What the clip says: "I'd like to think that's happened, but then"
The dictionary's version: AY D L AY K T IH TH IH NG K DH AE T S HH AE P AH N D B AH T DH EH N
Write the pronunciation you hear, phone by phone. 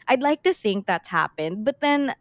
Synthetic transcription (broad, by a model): AY D L AY K T IH TH IH NG K DH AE T S HH AE P AH N D B AH T DH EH N